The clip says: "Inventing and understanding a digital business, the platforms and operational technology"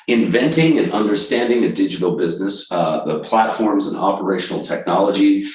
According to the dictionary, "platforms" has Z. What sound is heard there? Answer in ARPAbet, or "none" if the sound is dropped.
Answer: Z